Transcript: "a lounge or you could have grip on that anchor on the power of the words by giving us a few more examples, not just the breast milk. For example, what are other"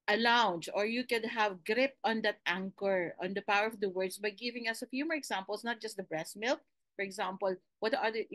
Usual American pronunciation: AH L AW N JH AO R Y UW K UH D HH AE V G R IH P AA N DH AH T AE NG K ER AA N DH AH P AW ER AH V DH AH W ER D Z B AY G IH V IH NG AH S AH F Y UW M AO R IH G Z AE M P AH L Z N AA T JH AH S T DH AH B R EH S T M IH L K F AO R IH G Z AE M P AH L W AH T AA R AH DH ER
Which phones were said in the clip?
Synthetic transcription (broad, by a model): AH L AW N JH AO R Y UW K UH D HH AE V G R IH P AA N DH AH T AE NG K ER AA N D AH P AW ER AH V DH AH W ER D S B AY G IH V IH NG AH S AH F Y UW M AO R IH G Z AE M P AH L S N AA T JH AH S T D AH B R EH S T M IH L K F AO R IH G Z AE M P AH L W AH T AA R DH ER